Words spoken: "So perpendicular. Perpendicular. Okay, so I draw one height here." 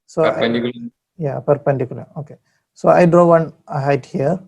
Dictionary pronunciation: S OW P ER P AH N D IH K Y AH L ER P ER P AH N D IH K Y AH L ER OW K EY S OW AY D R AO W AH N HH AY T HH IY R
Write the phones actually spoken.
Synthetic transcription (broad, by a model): S OW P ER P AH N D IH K Y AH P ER P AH N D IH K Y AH L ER OW K EY S OW AY D R AO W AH N HH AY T HH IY R